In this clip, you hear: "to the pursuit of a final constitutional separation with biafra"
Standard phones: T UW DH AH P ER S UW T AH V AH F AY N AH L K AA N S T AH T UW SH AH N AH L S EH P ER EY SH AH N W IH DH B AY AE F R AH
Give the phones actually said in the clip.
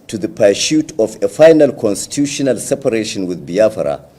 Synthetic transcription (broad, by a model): T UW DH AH P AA SH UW T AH F AH F AY N AH L K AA N S T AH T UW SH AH N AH L S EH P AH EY SH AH N W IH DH B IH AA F R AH